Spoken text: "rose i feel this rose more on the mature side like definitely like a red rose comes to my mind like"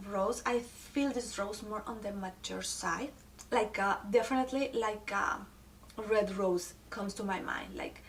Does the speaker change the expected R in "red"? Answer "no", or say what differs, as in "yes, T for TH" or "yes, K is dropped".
no